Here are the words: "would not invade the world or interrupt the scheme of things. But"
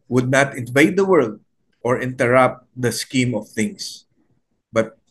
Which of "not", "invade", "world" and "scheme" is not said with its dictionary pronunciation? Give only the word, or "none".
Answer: none